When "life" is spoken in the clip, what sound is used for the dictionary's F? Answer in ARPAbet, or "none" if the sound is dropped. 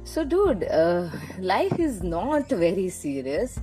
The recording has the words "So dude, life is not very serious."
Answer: F